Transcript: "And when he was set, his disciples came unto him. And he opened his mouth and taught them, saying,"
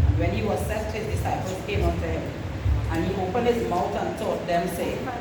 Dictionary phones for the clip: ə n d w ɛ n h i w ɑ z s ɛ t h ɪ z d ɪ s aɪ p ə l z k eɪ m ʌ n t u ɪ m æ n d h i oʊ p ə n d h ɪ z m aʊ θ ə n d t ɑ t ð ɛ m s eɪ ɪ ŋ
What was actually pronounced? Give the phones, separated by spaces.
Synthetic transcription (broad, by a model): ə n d w ɛ n h i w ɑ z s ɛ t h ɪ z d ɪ s aɪ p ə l s k eɪ m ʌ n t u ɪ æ n h i oʊ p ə n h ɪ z m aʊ t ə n t ɑ t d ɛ m s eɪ